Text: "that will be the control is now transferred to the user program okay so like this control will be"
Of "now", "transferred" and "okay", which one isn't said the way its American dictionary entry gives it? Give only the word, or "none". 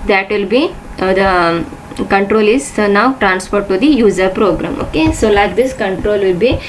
transferred